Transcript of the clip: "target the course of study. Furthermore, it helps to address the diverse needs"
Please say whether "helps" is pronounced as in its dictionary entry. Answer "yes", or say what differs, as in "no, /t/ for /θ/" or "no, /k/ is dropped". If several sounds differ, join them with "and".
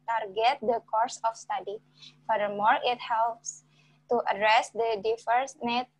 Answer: yes